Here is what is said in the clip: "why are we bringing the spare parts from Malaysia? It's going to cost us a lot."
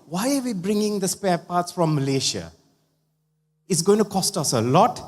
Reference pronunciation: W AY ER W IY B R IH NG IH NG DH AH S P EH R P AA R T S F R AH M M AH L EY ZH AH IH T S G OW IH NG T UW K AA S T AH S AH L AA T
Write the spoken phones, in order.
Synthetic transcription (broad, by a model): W AY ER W IY B R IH NG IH NG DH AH S P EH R P AA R T S F R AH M M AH L EY SH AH IH T S G OW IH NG T UW K AA S T AH S AH L AA T